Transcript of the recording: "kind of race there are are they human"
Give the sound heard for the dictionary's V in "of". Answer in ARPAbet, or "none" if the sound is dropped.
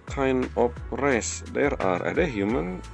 P